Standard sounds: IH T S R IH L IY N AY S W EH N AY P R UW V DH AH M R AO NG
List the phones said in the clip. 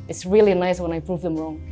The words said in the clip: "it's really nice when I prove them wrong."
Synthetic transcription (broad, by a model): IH T S R IH L IY N AY S W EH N AY P R UW V DH AH M R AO NG